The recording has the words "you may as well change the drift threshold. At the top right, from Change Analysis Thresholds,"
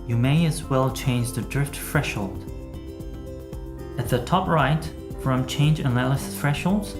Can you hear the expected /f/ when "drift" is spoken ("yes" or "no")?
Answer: yes